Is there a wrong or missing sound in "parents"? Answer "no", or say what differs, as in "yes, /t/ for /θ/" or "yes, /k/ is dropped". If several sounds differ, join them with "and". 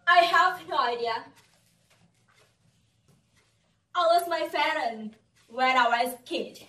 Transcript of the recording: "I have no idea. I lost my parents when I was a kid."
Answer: yes, /f/ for /p/